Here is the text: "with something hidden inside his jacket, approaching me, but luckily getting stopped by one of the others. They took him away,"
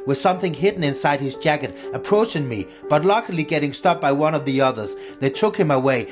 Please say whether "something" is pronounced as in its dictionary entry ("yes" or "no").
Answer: yes